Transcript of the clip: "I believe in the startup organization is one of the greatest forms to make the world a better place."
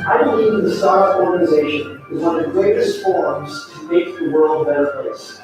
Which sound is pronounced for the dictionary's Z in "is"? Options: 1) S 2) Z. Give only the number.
2